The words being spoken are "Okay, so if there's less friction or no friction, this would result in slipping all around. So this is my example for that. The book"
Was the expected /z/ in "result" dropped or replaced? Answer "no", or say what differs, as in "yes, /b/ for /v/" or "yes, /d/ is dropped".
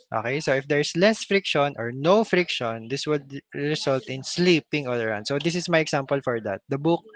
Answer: yes, /s/ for /z/